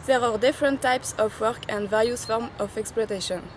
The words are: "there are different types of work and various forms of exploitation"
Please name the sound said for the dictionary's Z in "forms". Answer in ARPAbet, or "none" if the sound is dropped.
none